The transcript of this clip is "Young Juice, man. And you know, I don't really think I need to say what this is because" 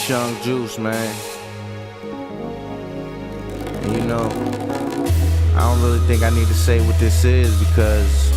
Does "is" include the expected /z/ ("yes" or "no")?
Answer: yes